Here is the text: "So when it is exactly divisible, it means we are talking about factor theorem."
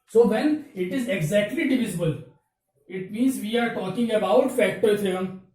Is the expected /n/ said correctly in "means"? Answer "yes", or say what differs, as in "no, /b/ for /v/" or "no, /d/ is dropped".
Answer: yes